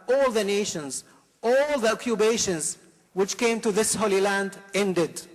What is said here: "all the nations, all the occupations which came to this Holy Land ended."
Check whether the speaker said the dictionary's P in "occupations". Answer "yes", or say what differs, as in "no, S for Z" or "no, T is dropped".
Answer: no, B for P